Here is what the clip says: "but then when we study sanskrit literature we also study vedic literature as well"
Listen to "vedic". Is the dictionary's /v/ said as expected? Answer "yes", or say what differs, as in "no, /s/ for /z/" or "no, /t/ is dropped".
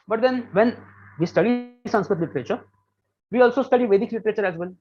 yes